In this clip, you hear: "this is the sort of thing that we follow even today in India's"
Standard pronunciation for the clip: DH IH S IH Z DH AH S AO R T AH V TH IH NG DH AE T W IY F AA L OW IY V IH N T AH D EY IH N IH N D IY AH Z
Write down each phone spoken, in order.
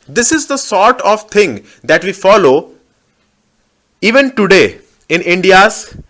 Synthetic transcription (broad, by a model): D IH S IH Z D AH S AO R T AH V T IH NG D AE T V IY F AA L OW IY V IH N T AH D EY IH N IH N D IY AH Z